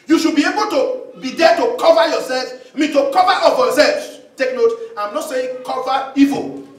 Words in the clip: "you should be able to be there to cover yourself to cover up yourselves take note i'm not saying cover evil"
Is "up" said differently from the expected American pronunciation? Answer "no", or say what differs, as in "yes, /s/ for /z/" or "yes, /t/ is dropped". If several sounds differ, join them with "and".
yes, /f/ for /p/